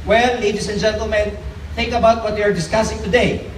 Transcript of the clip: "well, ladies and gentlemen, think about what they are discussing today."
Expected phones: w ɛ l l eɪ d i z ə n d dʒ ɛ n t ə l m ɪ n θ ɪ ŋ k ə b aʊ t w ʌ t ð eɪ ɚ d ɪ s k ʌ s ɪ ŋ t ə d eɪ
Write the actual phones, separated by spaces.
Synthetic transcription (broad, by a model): w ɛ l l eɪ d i s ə n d dʒ ɛ n t ə l m ɪ n θ ɪ ŋ k ə b aʊ t w ʌ t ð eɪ ɚ d ɪ s k ʌ s ɪ ŋ t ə d eɪ